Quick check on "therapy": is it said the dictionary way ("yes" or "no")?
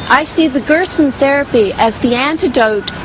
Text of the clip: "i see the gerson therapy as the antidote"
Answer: yes